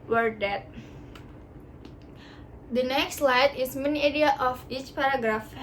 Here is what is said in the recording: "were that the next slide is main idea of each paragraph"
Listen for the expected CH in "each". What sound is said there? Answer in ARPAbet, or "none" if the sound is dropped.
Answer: CH